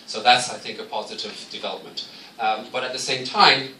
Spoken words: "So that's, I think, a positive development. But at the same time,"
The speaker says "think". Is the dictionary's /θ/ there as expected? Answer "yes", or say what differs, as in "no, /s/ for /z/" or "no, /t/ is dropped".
yes